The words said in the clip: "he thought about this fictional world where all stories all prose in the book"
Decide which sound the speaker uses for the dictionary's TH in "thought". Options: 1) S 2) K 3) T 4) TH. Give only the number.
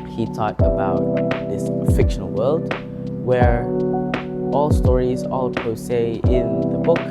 3